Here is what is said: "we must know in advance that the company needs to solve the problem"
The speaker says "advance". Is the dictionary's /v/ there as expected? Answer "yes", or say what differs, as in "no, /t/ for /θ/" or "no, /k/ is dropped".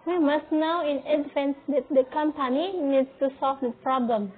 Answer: no, /f/ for /v/